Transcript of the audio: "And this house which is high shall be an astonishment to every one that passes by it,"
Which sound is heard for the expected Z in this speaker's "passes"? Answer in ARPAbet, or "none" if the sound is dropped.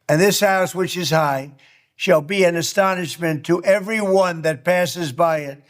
Z